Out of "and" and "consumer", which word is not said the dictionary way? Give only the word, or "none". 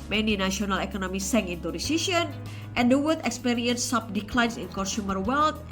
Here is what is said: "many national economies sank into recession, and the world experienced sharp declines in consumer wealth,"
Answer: consumer